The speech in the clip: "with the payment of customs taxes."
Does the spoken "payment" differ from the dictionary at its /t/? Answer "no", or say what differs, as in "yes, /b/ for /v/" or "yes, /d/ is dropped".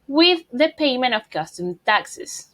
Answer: yes, /t/ is dropped